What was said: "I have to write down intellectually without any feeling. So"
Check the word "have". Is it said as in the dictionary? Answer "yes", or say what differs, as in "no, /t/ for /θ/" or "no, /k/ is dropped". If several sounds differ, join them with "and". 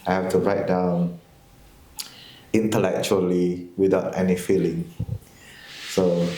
no, /f/ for /v/